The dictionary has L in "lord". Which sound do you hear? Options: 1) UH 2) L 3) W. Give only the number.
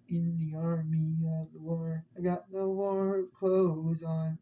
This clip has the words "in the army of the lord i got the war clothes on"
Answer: 3